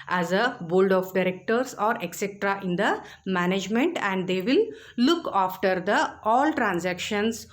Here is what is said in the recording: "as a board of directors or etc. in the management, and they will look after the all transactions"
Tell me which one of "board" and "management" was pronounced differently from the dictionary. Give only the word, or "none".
board